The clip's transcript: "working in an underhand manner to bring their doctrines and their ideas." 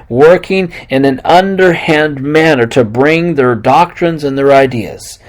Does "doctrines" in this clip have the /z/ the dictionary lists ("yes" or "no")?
yes